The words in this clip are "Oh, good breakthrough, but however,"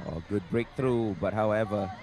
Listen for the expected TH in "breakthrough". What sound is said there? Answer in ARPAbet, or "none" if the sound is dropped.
T